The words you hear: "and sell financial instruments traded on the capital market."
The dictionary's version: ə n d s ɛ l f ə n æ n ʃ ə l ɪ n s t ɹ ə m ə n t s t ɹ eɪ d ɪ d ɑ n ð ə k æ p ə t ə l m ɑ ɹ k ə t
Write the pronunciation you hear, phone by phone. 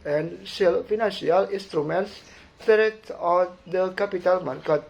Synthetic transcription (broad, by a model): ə n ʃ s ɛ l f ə n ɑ n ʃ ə l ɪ n s t ɹ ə m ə n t s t eɪ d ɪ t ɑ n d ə k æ p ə t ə l m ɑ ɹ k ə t